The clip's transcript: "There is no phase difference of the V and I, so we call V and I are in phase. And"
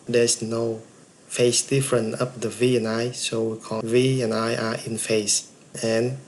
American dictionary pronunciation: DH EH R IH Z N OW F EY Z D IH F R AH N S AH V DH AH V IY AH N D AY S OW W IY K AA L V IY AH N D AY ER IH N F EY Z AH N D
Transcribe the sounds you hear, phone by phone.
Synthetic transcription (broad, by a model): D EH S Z N OW F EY S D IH F R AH N AH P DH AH V IY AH N AY S OW W IY K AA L V IY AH N AY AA IH N F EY S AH N